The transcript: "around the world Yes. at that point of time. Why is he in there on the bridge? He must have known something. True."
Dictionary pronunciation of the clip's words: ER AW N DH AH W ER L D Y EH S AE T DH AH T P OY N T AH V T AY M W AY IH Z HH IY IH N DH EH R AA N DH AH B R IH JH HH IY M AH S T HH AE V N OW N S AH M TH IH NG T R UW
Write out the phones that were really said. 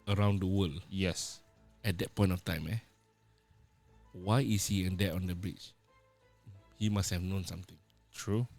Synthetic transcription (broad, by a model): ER AW N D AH W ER L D Y EH S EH T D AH T P OY N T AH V T AY M W AY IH S HH IY IH N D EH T AA N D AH B R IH CH HH IY M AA S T HH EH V N OW N S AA M T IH NG T R UW